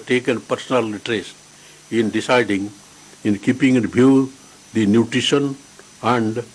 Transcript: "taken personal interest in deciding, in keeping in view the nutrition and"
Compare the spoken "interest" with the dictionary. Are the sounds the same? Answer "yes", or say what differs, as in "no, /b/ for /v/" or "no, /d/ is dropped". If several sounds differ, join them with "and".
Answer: no, /n/ is dropped and /t/ is dropped